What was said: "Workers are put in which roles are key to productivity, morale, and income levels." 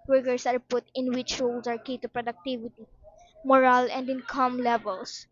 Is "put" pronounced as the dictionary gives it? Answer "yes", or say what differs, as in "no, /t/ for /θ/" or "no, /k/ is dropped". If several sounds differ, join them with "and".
yes